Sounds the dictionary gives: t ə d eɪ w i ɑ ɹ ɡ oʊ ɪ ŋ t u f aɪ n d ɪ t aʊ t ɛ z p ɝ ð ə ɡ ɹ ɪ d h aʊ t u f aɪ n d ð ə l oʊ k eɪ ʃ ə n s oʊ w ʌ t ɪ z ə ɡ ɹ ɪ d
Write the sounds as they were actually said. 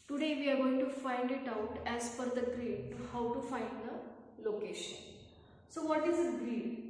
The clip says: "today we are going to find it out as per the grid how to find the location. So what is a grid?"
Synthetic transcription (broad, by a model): t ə d eɪ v i ɑ ɹ ɡ oʊ ɪ ŋ t u f aɪ n d ɪ t aʊ t ɛ z f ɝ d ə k ɹ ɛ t h aʊ t u f aɪ n d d ə l oʊ k eɪ ʃ ə n s oʊ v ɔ t ɪ z ə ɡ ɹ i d